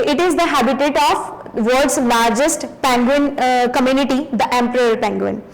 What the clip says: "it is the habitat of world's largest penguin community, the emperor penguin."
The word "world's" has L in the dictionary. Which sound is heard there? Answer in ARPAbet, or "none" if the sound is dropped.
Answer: none